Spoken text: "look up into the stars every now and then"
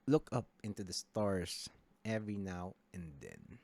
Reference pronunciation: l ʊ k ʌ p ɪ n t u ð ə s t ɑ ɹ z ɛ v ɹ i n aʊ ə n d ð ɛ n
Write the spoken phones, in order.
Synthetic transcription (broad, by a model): l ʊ k ʌ p ɪ n t u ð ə s t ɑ ɹ s ɛ v ɹ i n aʊ ə n d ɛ n